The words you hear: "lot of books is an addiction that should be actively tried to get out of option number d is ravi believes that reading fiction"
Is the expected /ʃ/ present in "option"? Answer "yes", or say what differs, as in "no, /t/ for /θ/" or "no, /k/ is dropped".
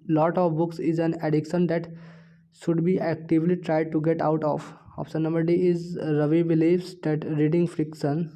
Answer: no, /s/ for /ʃ/